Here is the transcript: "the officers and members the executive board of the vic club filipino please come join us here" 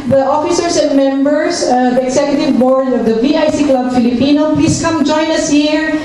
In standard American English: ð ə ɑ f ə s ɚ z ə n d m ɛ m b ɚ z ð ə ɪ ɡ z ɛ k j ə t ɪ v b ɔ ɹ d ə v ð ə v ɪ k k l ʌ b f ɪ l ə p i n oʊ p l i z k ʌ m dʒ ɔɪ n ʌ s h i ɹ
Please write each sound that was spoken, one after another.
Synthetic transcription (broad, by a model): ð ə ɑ f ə s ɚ s ə n d m ɛ m b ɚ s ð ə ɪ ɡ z ɛ k j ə t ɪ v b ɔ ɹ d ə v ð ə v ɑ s k l ʌ b f ɪ l ə p i n oʊ p l i s k ʌ m dʒ ɔɪ n ʌ s h i ɹ